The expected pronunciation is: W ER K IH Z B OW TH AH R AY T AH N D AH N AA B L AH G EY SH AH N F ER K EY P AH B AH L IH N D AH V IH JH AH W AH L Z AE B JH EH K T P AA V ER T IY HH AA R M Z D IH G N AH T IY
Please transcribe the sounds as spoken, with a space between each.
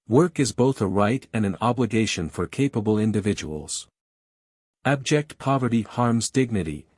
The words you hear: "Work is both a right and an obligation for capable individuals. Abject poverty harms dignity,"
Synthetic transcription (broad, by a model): W ER K IH Z B OW TH AH R AY T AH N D AH N AA B L AH G EY SH AH N F ER K EY P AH B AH L IH N D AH V IH JH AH W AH L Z AE B JH EH K T P AA V ER T IY HH AA R M Z D IH G N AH T IY